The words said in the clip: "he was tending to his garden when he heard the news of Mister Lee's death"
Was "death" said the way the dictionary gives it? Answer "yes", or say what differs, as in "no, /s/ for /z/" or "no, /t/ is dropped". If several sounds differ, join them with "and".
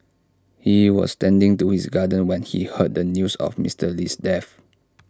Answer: no, /f/ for /θ/